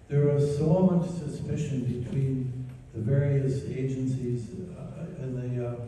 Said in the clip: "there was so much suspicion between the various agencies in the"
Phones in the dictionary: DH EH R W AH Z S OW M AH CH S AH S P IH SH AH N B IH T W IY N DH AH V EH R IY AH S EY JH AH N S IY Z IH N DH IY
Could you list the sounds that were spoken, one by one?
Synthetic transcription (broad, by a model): DH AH R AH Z S OW M AH CH S AH S P IH SH AH N B IH T W IY N DH AH V EH R IY AH S EY JH AH N S IY Z IH N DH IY